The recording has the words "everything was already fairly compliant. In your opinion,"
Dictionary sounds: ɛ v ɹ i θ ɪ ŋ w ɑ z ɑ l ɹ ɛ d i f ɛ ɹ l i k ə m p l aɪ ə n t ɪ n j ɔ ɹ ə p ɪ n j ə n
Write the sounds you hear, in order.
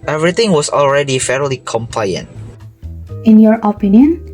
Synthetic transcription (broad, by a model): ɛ v ɹ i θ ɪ ŋ w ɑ s ɑ l ɹ ɛ d i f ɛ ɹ l i k ə m p l aɪ ə n t ɪ n j ɔ ɹ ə p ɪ n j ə n